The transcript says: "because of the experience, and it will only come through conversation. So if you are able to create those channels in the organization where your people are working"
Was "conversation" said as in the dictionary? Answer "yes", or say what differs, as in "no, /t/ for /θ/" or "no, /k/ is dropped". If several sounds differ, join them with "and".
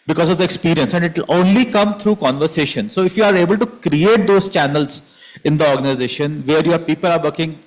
yes